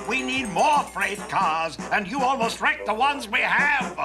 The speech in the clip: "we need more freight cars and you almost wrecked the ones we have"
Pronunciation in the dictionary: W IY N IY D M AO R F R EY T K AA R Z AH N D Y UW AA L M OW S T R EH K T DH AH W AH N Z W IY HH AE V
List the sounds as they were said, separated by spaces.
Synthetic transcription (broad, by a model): W IY N IY D M AO R F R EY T K AA R Z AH N Y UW AA L M OW S T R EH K DH AH W AH N Z W IY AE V